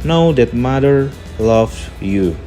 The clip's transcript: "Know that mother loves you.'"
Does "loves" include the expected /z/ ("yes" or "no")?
no